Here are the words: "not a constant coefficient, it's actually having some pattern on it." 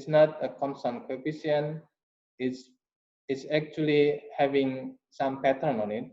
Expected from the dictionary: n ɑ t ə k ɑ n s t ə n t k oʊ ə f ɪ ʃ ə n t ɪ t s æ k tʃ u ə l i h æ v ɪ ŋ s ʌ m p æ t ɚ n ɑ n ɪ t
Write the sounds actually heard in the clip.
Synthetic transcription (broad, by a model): n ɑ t ə k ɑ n s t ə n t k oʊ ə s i ə n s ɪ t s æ k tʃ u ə l i h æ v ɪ ŋ s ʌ m p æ t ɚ n ɑ n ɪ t